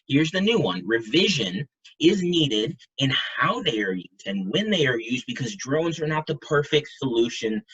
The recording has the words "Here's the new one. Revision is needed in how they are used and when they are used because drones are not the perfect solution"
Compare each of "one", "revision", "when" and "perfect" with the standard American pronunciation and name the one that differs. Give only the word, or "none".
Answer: none